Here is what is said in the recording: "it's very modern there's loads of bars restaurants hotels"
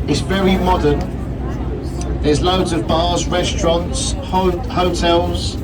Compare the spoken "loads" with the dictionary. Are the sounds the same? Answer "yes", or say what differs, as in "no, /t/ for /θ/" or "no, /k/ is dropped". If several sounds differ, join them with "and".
yes